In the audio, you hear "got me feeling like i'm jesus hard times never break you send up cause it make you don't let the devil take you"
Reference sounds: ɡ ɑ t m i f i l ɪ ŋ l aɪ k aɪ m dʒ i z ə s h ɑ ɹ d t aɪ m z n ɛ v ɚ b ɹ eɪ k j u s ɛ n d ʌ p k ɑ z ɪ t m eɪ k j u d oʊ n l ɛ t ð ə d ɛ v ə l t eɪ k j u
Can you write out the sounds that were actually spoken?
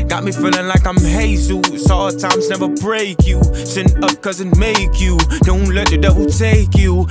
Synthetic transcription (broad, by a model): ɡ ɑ t m i f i l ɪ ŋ l aɪ k aɪ m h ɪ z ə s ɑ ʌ t aɪ m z n ɛ v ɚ b ɹ eɪ k j u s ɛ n ʌ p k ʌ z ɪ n m eɪ k j u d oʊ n l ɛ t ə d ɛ w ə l t eɪ k j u